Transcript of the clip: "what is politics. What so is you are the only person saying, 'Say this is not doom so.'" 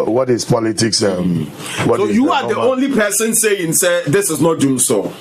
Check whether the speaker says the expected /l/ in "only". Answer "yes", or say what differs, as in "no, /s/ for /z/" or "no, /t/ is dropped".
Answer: yes